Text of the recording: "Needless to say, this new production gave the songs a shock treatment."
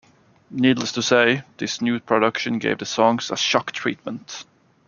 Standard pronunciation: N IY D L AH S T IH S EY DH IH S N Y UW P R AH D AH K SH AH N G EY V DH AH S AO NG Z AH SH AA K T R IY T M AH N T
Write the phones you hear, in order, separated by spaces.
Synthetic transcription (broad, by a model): N IY D L AH S T IH S EY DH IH S N Y UW P R AH D AH K SH AH N G EY V DH AH S AO NG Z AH SH AA K T R IY T M AH N T